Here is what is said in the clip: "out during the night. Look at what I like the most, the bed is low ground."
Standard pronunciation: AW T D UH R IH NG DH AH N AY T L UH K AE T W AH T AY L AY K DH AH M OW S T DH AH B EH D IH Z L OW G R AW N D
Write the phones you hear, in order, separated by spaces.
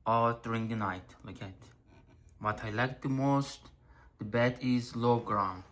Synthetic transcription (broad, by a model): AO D R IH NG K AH N AY T L UH K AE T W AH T AY L AY K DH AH M OW S T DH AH B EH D IH Z L OW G R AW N